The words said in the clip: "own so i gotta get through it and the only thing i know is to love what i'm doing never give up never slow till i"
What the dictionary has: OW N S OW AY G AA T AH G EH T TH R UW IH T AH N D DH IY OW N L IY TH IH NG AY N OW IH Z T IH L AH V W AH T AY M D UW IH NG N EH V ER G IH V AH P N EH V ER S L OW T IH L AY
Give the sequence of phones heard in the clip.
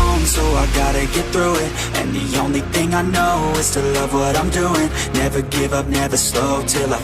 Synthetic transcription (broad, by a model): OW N S OW AY G AA T AH G EH T TH R UW IH T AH N DH IY OW N L IY TH IH NG AY N OW IH Z T IH L AH V W AH T AY M D UW IH NG N EH V ER G IH V AH P N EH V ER S L OW T IH L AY